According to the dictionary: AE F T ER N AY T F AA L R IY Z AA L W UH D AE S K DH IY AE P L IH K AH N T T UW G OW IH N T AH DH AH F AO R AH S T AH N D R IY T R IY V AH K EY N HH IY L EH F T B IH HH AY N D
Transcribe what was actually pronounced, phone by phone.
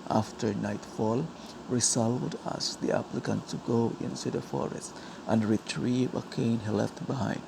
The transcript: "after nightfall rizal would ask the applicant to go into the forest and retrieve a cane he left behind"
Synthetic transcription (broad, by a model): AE F T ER N AY T F AA L R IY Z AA L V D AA S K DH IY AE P L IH K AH N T T UW G OW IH N S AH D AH F AO R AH S T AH N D R IY T R IY V AH K EY N HH IY L EH F T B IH HH AY N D